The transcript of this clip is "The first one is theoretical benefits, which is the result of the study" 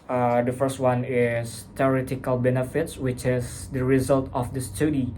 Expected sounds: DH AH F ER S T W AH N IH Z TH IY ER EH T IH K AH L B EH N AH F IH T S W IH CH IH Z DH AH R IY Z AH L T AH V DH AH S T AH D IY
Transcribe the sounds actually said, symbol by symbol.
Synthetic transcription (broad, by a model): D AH F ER S T W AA N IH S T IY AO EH T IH K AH L B EH N AH F IH T S W IH CH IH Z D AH R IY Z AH L T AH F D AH S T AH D IY